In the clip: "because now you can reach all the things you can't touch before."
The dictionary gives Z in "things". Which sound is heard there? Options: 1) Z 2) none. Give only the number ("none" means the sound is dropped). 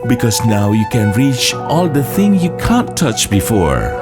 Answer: 2